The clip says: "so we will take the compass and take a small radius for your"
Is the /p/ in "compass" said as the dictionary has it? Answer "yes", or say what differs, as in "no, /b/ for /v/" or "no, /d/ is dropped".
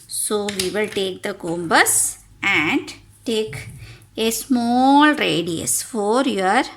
no, /b/ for /p/